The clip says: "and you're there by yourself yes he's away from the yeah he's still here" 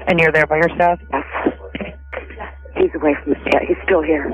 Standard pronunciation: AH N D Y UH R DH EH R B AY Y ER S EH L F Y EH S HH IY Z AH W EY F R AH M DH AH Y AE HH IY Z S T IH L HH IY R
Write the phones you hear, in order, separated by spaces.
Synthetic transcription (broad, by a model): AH N Y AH R DH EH R B AY Y ER S EH L F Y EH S HH IY Z AH W EY F R AH M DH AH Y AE HH IY Z S T IH L HH IY R